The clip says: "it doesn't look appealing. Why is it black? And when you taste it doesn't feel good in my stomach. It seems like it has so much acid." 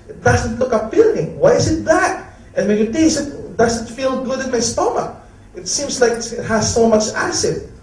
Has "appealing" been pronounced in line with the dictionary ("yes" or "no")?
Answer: no